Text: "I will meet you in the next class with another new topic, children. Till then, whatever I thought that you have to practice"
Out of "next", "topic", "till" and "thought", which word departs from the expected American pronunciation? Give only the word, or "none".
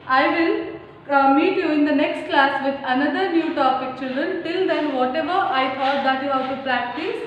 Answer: thought